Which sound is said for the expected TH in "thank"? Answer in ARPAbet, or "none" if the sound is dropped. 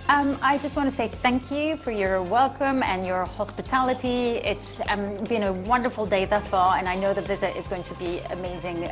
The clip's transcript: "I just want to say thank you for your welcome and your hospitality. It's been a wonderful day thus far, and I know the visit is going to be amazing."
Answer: TH